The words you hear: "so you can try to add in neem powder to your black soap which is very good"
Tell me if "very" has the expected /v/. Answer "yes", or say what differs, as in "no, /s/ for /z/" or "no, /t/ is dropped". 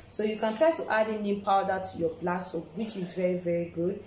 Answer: yes